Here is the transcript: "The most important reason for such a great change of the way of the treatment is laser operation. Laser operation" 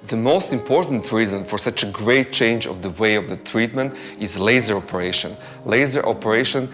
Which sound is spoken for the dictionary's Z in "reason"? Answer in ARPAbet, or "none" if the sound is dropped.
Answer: Z